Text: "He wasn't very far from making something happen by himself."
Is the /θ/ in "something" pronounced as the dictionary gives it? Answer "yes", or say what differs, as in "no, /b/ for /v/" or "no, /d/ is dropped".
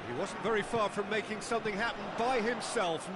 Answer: yes